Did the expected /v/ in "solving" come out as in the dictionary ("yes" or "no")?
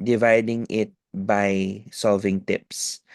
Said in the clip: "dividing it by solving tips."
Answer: yes